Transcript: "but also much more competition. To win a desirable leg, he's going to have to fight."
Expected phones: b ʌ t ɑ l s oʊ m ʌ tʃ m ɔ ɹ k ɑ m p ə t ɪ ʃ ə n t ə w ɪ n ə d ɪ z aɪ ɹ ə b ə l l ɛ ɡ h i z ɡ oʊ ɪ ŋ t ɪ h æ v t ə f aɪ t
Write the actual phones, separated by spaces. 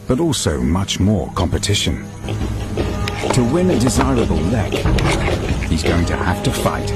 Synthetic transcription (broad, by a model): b ʌ t ɑ l s oʊ m ʌ tʃ m ɔ ɹ k ɑ m p ə t ɪ ʃ ə n t ə w ɪ n ə d ɪ z aɪ ɹ ə b ə l l ɛ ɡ h i z ɡ oʊ ɪ ŋ t ɪ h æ f t ə f aɪ t